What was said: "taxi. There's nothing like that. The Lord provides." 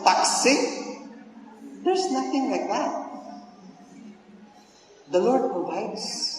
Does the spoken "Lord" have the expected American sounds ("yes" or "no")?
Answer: yes